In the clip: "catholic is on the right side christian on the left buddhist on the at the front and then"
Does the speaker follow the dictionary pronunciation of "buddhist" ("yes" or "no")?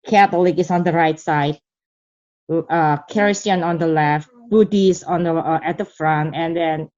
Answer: no